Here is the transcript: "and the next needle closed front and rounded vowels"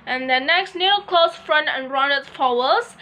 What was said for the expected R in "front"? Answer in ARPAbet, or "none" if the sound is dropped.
R